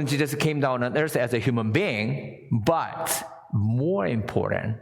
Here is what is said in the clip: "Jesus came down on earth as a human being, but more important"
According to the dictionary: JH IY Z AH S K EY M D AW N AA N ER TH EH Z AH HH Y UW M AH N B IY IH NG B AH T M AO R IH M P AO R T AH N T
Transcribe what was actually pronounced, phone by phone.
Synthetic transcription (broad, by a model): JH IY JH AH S K EY M D AW N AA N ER S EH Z AH HH Y UW M AH N B IY IH NG B AH T M AO R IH M P AO R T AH N T